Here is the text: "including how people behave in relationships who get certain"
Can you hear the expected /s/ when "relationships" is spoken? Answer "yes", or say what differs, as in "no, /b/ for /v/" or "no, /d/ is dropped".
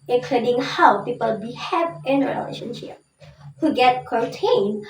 no, /s/ is dropped